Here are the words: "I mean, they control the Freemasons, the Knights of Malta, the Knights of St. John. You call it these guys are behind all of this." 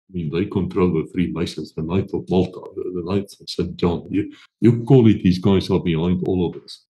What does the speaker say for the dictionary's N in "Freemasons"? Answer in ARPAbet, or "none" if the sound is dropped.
none